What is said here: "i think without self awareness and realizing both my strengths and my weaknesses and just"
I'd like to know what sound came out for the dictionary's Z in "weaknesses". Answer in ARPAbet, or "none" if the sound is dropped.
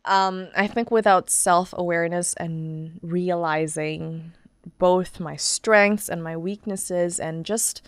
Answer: Z